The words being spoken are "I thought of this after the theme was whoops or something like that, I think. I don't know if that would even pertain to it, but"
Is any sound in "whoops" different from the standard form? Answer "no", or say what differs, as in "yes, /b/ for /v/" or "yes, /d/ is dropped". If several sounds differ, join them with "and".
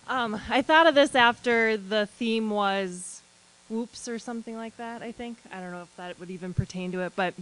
no